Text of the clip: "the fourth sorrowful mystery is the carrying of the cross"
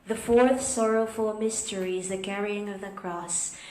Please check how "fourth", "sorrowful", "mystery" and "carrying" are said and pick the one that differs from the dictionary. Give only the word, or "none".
none